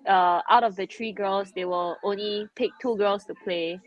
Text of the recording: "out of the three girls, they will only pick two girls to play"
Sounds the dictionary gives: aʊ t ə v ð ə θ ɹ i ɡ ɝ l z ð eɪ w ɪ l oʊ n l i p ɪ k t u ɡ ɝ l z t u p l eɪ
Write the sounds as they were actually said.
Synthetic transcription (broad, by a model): aʊ t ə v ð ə t ɹ i ɡ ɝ l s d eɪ w ɪ l oʊ n l i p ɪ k t u ɡ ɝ l s t u p l eɪ